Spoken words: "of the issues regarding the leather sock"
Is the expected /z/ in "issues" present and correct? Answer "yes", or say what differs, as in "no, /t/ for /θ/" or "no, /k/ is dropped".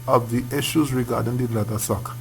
yes